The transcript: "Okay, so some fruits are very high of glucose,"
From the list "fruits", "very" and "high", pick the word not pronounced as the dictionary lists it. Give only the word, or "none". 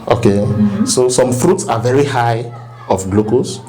none